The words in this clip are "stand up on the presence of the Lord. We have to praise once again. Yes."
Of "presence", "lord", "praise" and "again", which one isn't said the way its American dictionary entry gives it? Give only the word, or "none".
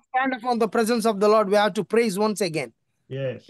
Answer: none